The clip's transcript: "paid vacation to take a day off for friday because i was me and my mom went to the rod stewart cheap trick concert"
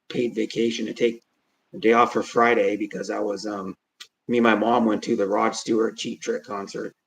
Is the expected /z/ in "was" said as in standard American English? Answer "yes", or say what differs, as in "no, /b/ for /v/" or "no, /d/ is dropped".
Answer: yes